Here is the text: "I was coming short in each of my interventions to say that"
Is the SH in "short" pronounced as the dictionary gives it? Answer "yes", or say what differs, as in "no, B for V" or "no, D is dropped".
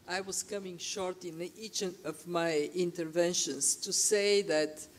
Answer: yes